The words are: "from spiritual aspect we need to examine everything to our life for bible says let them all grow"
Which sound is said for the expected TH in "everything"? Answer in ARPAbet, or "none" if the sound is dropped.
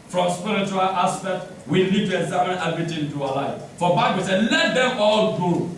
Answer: T